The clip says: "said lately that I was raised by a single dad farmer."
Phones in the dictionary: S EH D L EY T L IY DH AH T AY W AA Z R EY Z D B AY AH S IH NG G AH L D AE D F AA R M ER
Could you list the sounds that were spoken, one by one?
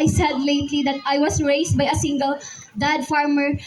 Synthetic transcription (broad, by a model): S EH D L EY T L IY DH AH T AY W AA S R EY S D B AY AH S IH NG G AH L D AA D F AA R M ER